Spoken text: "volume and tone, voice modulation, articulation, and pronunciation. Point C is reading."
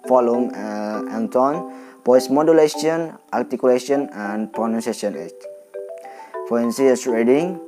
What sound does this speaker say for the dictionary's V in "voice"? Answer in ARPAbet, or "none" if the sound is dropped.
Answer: P